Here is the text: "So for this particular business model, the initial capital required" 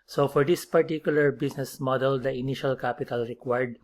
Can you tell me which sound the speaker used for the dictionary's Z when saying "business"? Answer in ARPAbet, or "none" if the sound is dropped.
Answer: S